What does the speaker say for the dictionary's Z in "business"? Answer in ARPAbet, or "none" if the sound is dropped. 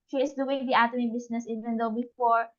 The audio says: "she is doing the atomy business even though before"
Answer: S